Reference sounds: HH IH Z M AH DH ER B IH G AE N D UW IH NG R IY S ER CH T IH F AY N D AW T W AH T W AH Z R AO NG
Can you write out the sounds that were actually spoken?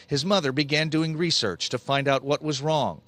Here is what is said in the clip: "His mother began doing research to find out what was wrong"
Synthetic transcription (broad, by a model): HH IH Z M AH DH ER B IH G AE N D UW IH NG R IY S ER CH T IH F AY N D AW T W AH T W AH Z R AO NG